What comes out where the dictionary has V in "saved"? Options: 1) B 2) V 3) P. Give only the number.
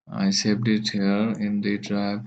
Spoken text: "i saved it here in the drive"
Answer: 3